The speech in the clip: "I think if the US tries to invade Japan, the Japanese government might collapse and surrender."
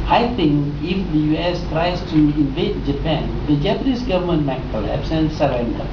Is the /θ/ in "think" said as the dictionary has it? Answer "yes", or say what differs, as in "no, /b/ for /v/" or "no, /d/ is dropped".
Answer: no, /t/ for /θ/